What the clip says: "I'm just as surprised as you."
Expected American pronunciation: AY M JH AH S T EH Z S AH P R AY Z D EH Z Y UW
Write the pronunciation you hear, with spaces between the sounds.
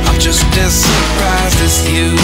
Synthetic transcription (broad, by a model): AY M JH AH S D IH S AH P R AY Z D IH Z Y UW